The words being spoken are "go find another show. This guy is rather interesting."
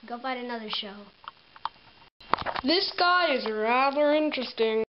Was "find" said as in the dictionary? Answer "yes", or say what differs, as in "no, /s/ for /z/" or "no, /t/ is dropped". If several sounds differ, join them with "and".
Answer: no, /n/ is dropped